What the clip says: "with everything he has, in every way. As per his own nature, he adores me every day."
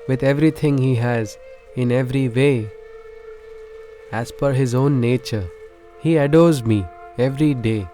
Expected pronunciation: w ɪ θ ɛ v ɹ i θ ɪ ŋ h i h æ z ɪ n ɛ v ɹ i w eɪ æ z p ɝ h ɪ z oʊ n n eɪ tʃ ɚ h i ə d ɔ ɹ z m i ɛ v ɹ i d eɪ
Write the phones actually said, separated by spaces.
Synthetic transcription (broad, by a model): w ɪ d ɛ v ɹ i t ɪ ŋ h i h æ z ɪ n ɛ v ɹ i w eɪ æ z f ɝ h ɪ z oʊ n n eɪ tʃ ɚ h i ə d ɔ ɹ z m i ɛ v ɹ i d eɪ